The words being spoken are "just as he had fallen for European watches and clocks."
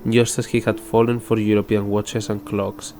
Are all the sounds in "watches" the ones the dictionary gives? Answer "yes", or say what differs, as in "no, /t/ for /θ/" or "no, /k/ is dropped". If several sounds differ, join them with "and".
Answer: no, /s/ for /z/